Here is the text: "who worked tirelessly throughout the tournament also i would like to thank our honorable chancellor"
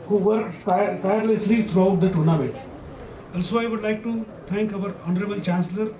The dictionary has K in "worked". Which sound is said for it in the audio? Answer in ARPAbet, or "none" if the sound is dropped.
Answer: none